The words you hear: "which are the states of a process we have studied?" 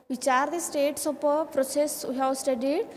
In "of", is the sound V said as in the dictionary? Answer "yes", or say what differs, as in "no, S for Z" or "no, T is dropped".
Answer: no, P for V